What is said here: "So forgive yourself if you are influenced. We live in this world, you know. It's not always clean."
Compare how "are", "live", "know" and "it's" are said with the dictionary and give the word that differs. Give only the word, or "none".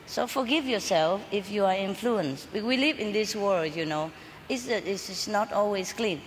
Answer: it's